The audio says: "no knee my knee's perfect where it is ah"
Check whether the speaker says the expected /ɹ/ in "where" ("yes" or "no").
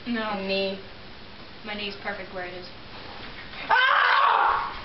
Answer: yes